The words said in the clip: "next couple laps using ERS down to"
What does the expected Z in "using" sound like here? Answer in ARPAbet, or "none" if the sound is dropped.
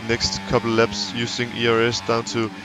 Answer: S